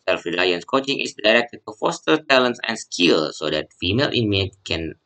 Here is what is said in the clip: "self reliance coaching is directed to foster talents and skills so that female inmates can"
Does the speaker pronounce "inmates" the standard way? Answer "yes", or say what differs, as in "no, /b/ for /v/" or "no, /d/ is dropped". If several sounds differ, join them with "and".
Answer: no, /s/ is dropped